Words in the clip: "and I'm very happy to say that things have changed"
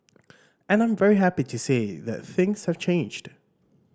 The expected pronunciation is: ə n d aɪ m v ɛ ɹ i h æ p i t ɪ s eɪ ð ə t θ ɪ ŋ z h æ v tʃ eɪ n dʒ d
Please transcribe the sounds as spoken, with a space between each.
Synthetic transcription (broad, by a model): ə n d aɪ m v ɛ ɹ i h æ p i t ɪ s eɪ ð ə t θ ɪ ŋ z h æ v tʃ eɪ n dʒ d